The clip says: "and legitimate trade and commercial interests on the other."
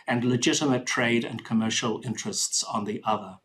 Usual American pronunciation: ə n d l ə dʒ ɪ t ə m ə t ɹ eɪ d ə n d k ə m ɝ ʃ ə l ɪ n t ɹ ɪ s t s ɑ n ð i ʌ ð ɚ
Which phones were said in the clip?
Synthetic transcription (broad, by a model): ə n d l ə dʒ ɪ t ə m ə t ɹ eɪ d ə n k ə m ɝ ʃ ə l ɪ n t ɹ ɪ s t s n ð i ʌ ð ɚ